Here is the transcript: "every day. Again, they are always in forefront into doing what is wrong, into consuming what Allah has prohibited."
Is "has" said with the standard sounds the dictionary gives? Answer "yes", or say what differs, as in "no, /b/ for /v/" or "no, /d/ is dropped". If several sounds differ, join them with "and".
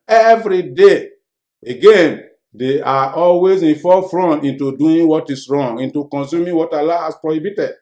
no, /s/ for /z/